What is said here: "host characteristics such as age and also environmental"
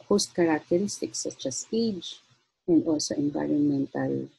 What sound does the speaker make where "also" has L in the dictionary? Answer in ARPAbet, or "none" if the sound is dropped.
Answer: none